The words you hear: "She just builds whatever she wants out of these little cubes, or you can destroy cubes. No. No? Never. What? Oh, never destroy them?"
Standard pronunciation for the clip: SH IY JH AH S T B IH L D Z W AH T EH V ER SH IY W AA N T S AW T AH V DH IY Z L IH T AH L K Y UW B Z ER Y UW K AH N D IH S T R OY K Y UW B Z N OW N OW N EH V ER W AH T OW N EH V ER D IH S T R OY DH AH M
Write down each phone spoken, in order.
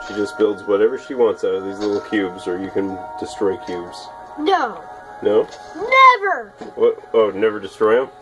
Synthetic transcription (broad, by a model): SH IY JH AH S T B IH L D Z W AH T EH V ER SH IY W AA N T S AW T AH V DH IY Z L IH T L K Y UW B Z ER Y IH K AH N D IH S T R OY K Y UW B Z N OW N OW N EH V ER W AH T OW N EH V ER D IH S T R OY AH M